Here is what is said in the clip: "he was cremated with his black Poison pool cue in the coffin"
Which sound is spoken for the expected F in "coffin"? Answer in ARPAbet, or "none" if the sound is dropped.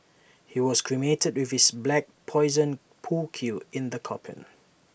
P